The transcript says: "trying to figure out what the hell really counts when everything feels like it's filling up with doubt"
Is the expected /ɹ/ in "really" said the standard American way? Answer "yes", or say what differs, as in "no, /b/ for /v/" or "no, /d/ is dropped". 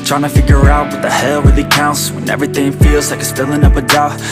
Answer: no, /w/ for /ɹ/